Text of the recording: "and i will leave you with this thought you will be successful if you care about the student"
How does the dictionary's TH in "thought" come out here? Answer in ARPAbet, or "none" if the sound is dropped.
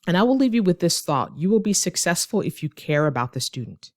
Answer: TH